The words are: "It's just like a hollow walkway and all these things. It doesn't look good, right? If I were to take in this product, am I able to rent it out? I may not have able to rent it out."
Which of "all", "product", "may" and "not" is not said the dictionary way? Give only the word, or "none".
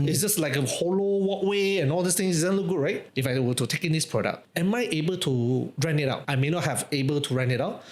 product